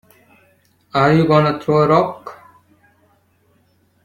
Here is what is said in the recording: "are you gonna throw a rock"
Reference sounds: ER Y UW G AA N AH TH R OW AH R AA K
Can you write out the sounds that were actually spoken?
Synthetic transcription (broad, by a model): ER Y UW G AA N AH T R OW AH R AA K